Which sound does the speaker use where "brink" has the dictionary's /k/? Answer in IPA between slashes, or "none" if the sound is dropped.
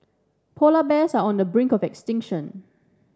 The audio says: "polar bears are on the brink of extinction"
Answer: /k/